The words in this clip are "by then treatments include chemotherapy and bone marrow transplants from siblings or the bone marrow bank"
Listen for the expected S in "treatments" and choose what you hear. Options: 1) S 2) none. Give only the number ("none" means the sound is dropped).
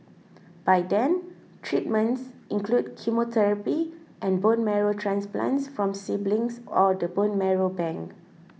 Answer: 1